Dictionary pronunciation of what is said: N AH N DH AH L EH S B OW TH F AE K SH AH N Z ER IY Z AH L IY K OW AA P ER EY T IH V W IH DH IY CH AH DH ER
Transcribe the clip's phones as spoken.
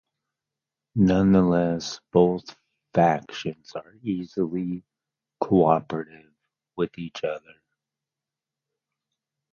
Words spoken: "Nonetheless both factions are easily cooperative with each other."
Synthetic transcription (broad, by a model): N AH N DH AH L EH S B OW TH F AE K SH AH N Z ER IY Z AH L IY K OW AA P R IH T IH V W IH DH IY CH AH DH ER